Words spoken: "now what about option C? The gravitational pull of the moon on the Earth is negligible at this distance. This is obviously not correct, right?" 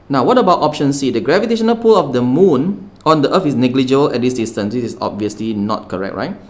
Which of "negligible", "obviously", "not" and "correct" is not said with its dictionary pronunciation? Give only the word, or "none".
none